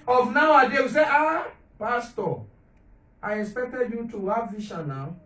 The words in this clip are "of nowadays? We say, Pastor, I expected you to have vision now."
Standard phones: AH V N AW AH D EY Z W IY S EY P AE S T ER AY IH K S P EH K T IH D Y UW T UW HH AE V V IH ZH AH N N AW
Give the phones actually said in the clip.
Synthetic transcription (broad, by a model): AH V N AW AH D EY W IY S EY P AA S T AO AY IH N S P EH K T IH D Y UW T UW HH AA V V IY SH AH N N AW